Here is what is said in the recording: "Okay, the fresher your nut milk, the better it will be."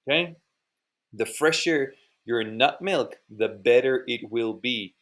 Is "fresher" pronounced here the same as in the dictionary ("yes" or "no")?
yes